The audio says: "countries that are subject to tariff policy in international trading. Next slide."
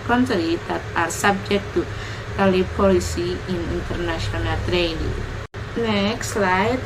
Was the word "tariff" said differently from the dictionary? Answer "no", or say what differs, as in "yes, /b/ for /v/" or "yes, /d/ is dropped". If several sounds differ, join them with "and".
yes, /l/ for /ɹ/